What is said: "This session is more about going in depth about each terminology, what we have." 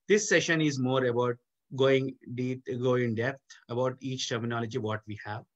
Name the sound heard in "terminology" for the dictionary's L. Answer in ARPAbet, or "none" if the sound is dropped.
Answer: L